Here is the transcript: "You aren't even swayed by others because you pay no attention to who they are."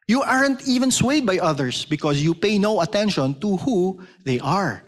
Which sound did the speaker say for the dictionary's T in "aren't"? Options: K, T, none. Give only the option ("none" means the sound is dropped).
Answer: T